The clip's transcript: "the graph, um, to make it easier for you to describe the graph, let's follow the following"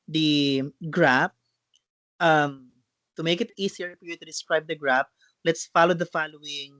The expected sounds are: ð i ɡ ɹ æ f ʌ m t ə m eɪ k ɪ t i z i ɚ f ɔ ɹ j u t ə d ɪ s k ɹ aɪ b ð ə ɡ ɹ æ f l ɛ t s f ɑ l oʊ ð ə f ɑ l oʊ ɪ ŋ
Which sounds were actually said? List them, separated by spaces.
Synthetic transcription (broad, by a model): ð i ɡ ɹ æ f ʌ m t ə m eɪ k ɪ t i s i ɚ f ɔ ɹ j u t ə d ɪ s k ɹ aɪ b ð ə ɡ ɹ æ p l ɛ t s f ɑ l oʊ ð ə f ɑ l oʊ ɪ ŋ